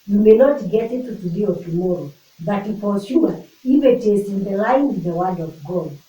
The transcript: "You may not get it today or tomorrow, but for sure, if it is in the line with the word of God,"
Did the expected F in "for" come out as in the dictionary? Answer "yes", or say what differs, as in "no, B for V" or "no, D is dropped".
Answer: no, P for F